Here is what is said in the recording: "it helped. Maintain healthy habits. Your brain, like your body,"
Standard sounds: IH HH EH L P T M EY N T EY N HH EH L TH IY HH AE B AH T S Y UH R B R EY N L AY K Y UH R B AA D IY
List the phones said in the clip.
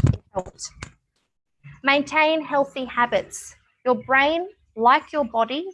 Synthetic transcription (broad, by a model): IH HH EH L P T M EY N T EY N HH EH L TH IY HH AE B AH T S Y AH R B R EY N L AY K Y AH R B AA D IY